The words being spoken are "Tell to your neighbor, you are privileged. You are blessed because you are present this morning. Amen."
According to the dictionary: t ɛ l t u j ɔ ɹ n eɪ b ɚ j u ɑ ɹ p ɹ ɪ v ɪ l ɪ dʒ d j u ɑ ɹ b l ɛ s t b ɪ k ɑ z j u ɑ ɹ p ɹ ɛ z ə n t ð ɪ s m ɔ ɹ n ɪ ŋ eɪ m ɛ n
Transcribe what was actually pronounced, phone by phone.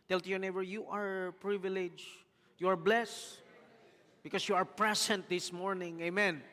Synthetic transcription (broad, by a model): t ɛ l t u j ɔ ɹ n eɪ b ɚ j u ɑ ɹ p ɹ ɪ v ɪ l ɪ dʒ j u ɑ ɹ b l ɛ s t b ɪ k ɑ s j u ɑ ɹ p ɹ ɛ s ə n t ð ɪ s m ɔ ɹ n ɪ ŋ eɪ m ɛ n